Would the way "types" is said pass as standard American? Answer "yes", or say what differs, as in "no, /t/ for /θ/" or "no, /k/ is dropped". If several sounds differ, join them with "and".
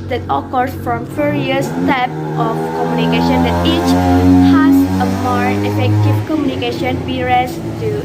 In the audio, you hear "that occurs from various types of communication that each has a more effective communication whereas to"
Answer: no, /s/ is dropped